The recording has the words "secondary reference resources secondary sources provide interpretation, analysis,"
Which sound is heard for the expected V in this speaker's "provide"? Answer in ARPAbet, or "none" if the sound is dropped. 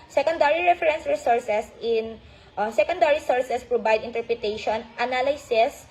B